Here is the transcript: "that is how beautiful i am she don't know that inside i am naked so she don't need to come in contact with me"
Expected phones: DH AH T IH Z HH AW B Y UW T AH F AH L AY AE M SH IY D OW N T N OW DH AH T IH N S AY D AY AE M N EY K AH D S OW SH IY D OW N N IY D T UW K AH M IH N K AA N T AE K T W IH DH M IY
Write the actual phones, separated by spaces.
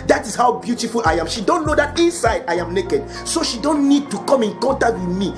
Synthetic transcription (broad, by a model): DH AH T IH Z HH AW B Y UW T AH F AH L AY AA M SH IY D OW N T N OW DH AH T IH N S AY D AY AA M N EY K AH D S OW SH IY D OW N N IY D T UW K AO M IH N K AA N T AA K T W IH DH M IY